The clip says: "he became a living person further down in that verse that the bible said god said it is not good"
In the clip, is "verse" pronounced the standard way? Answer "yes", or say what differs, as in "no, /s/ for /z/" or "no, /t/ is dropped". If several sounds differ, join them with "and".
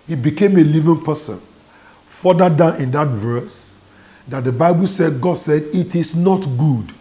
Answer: yes